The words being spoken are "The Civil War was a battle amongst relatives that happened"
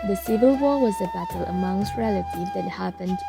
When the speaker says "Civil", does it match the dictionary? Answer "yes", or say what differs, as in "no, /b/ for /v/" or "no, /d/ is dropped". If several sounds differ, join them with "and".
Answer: yes